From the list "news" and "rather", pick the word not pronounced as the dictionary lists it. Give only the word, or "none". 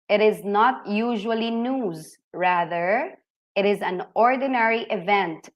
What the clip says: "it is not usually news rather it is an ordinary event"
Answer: none